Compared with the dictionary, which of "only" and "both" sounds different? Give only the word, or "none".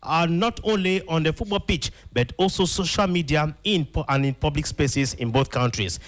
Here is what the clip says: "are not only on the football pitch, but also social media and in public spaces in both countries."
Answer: none